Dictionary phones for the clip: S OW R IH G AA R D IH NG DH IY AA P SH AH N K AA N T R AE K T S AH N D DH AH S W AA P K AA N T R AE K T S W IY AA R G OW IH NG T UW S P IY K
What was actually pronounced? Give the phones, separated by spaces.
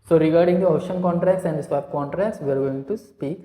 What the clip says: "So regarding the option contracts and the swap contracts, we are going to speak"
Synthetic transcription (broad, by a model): S OW R IH G AA R D IH NG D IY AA SH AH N K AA N T R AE K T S AH N D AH S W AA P K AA N T R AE K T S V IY AA R G OW IH NG T UW S P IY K